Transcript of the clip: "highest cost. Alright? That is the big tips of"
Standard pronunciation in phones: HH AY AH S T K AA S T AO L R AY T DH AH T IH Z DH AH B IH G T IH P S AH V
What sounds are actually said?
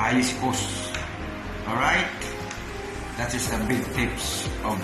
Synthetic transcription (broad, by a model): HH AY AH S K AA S AO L R AY T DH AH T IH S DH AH B IH G T IH P S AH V